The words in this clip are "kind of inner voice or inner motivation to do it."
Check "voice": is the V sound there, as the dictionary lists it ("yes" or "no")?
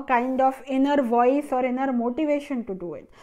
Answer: yes